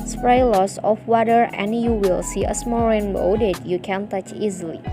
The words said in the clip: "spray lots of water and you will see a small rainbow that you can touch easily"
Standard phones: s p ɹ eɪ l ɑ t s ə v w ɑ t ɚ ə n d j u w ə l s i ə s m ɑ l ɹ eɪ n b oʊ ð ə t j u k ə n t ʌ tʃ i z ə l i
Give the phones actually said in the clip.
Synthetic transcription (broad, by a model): s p ɹ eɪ l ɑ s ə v w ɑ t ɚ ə n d j u w ə l s i ə s m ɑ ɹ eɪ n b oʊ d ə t j u k ə n t ʌ tʃ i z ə l i